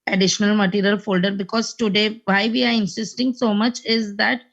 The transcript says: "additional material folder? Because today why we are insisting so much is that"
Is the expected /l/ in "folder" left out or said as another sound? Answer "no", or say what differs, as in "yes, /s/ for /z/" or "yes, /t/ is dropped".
no